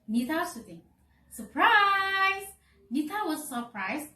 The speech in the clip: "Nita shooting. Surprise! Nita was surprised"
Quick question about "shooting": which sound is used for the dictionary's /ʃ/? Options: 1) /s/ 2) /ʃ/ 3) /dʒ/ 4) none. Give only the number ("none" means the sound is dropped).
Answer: 1